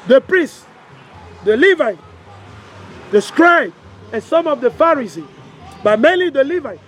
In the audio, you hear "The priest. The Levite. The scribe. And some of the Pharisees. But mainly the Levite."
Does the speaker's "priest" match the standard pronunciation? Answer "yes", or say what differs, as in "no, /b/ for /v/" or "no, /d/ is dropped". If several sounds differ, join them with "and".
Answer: yes